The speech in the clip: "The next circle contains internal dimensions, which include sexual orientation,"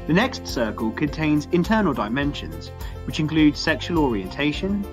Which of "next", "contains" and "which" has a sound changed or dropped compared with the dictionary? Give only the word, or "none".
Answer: none